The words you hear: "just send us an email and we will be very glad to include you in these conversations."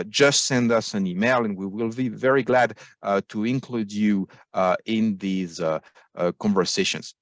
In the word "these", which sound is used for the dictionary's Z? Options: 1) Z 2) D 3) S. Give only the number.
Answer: 1